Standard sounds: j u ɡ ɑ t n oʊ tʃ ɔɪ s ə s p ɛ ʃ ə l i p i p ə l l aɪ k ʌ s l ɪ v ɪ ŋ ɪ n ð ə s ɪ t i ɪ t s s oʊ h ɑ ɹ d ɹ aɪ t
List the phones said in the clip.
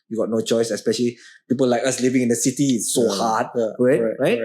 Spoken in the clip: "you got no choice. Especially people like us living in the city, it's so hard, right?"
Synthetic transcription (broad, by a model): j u ɡ ɑ t n oʊ tʃ ɔɪ s ə s p ɛ ʃ ə l i p i p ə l l aɪ k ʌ s l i v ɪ ŋ ɪ n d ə s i t i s s oʊ h ɑ ɹ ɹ ɹ aɪ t